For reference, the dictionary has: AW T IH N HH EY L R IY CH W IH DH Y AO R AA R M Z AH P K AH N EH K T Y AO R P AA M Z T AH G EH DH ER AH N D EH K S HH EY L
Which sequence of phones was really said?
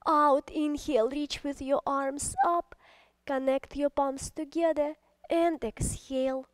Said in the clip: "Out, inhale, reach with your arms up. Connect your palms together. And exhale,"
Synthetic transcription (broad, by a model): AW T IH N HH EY L R IY CH W IH DH Y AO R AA R M S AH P K AH N EH K T Y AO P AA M S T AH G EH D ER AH N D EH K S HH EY L